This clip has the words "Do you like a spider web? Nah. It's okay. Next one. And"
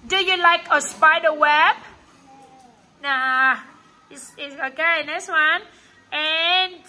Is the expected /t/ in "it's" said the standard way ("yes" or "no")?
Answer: no